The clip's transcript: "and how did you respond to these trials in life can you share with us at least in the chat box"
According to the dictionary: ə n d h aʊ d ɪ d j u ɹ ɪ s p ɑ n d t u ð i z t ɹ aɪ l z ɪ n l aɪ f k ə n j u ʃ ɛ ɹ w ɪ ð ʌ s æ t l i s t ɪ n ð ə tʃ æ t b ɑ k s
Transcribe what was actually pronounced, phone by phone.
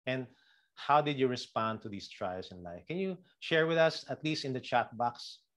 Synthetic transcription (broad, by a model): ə n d h aʊ d ɪ d j u ɹ ɪ s p ɑ n d t u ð i s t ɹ aɪ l s ɪ n l aɪ f k ə n j u ʃ ɛ ɹ w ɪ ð ʌ s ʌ t l i s t ɪ n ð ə tʃ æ t b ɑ k s